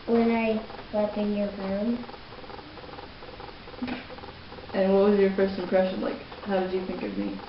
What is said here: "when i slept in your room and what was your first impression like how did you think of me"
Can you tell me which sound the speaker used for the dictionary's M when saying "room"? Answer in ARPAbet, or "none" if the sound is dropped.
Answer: none